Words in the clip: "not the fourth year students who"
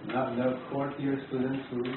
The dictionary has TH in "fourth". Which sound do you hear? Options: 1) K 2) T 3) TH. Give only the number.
2